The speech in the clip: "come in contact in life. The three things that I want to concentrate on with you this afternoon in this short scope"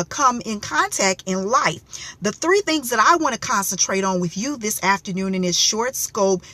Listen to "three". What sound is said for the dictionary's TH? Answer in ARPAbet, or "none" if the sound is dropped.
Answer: TH